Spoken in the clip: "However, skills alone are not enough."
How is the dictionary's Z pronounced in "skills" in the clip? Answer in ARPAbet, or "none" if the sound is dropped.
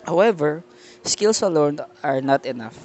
S